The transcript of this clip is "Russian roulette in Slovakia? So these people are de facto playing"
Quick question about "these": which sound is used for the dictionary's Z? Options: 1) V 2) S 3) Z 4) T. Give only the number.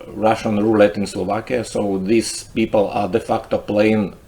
2